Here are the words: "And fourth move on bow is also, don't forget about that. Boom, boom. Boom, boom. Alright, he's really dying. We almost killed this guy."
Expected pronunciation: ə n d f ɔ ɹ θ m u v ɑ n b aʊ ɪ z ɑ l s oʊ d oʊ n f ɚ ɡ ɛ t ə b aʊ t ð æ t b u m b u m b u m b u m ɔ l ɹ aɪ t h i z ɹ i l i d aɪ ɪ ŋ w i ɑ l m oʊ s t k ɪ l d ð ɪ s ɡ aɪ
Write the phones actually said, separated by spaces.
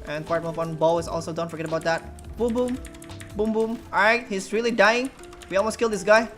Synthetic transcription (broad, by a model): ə n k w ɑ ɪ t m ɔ f ɑ n b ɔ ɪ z ɑ l s oʊ d oʊ n f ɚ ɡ ɛ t ə b aʊ t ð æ t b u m b u m b u m b u m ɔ ɹ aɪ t h i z ɹ i l i d aɪ ɪ ŋ w i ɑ l m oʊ s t k ɪ l d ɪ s ɡ aɪ